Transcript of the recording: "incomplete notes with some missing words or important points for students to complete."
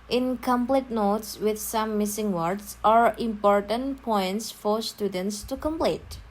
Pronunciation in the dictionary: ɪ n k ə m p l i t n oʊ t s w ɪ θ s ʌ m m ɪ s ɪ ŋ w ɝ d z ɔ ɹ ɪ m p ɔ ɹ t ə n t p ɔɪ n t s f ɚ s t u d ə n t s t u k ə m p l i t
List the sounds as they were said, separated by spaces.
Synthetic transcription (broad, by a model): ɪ n k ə m p l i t n oʊ t s w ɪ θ s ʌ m m ɪ s ɪ ŋ w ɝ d s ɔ ɹ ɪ m p ɔ ɹ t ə n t p ɔɪ n t s f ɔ s t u d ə n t s t u k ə m p l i t